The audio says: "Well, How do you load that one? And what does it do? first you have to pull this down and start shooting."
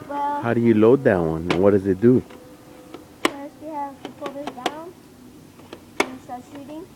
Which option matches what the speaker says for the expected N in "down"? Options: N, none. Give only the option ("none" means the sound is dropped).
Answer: none